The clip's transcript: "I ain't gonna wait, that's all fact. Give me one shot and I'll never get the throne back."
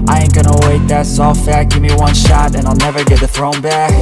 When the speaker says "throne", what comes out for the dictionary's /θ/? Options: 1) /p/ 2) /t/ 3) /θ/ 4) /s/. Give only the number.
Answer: 3